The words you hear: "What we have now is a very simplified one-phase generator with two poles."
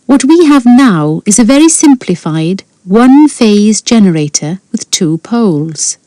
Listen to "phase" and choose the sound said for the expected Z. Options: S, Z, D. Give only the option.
Z